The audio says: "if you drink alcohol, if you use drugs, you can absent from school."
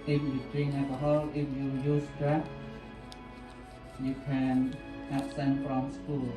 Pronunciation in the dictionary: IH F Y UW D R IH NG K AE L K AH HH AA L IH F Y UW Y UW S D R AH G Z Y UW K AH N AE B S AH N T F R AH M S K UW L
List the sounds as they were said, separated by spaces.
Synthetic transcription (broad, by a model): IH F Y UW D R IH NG AE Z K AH HH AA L IH F Y UW Y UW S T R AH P Y UW K AH N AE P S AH N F R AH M S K UW L